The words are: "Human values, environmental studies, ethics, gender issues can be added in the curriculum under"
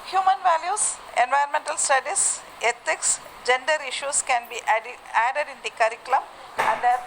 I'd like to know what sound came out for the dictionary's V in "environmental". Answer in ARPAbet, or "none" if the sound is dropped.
V